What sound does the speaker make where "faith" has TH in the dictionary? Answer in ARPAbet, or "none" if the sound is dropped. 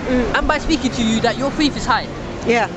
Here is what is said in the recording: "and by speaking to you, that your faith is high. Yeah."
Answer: F